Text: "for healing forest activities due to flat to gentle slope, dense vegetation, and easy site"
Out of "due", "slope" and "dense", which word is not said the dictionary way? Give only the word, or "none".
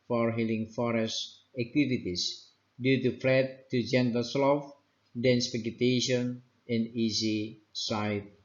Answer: slope